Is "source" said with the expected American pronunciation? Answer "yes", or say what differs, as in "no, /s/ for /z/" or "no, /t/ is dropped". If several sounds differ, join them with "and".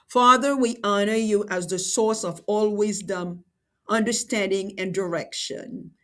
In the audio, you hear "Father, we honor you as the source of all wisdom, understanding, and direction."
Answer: yes